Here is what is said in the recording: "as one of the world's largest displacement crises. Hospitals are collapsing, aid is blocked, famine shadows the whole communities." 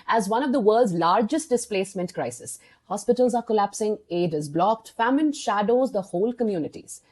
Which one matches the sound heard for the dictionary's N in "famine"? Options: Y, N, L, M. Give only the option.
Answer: N